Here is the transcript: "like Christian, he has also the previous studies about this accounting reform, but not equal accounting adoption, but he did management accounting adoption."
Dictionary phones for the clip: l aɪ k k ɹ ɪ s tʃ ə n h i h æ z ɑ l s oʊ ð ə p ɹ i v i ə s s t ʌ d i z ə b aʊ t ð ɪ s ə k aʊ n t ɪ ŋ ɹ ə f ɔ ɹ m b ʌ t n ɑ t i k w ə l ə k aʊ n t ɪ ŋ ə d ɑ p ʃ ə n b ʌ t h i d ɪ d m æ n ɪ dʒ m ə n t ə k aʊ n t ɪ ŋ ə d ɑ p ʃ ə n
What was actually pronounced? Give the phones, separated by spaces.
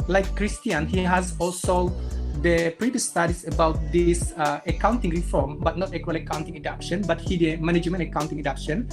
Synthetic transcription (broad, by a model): l aɪ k k ɹ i s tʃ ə n h i h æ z ɑ l s oʊ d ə p ɹ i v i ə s s t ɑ d i s ə b aʊ t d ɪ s ə k aʊ n t ɪ ŋ ɹ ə f ɔ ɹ m b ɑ t n ɑ t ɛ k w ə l ə k aʊ n t ɪ ŋ ə d ɑ p ʃ ə n b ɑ t h i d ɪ m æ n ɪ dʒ m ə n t ə k aʊ n t ɪ ŋ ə d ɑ p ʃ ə n